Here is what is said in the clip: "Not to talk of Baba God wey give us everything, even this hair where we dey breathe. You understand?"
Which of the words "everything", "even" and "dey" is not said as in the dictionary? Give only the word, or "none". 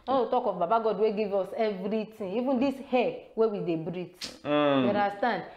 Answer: everything